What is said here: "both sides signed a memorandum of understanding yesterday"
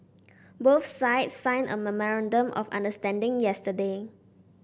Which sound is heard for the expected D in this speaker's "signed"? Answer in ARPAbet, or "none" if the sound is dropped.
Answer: none